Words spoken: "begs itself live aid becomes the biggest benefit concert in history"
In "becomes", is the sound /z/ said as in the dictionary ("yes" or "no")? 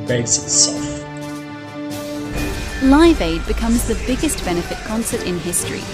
yes